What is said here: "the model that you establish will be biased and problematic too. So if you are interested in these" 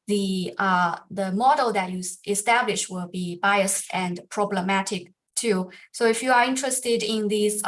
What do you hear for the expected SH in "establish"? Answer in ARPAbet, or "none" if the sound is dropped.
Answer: SH